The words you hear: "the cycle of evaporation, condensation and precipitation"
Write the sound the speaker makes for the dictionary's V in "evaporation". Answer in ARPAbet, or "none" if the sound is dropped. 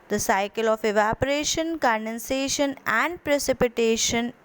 V